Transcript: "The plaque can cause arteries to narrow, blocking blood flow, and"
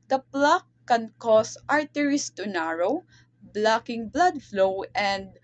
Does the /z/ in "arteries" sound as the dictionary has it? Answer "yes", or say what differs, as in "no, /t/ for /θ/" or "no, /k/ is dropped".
no, /s/ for /z/